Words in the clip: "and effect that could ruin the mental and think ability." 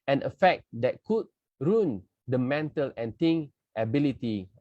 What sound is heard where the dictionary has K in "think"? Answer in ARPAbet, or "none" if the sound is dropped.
none